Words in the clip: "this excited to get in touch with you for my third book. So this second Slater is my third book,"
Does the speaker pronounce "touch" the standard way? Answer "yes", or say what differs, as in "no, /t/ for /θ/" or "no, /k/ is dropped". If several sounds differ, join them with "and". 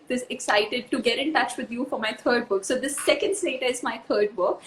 yes